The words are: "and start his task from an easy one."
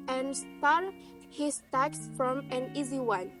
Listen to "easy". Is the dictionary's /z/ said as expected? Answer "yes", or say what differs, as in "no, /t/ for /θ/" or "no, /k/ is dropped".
yes